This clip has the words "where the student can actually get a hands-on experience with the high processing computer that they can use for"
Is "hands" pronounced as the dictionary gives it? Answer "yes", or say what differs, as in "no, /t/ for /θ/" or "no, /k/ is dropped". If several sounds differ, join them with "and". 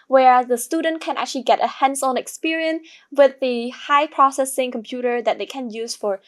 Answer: no, /s/ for /z/